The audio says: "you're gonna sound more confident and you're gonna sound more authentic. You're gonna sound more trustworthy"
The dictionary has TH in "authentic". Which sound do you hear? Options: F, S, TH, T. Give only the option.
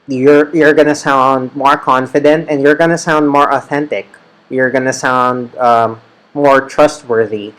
TH